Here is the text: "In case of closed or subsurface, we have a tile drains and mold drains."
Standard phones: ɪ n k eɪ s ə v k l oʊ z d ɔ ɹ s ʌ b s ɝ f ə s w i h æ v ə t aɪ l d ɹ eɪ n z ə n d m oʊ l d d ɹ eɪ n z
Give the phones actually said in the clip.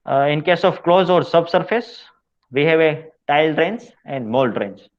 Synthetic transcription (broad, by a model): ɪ n k eɪ s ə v k l oʊ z ɔ ɹ s ʌ b s ɝ f ə s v i h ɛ v ə t aɪ l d ɹ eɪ n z ə n d m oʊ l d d ɹ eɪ n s